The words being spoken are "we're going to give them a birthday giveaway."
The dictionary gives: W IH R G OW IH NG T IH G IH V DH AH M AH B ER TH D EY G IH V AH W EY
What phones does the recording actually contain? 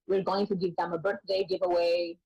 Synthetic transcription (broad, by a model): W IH R G OW IH NG T IH G IH V DH AH M AH B ER TH D EY G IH V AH W EY